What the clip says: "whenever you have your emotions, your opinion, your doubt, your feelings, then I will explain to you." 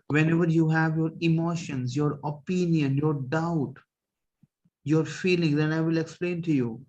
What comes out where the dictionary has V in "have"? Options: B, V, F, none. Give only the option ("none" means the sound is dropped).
V